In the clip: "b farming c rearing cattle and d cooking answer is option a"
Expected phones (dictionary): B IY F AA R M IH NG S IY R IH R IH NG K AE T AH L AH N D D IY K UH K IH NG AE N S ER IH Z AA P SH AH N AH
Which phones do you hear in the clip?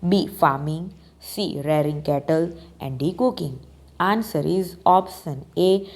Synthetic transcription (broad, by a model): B IY F AA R M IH NG S IY R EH R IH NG K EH T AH L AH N D D IY K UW K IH NG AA N S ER IH Z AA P S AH N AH